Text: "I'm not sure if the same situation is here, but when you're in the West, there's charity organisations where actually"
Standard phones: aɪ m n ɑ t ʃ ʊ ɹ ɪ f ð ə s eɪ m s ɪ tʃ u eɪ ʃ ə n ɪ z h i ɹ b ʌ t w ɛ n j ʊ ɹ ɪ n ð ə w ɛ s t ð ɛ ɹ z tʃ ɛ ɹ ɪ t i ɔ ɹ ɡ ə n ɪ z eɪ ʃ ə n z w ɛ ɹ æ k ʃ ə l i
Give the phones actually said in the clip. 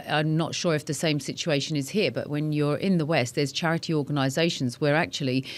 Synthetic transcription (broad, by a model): aɪ m n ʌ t ʃ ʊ ɹ ɪ f ð ə s eɪ m s ɪ tʃ u eɪ ʃ ə n ɪ z h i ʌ b ʌ t w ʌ n j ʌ ɹ ɪ n ð ə w ɛ s t ð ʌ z tʃ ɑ ɹ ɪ t i ɔ ɡ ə n ɪ z eɪ ʃ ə n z w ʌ ɹ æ k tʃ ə l i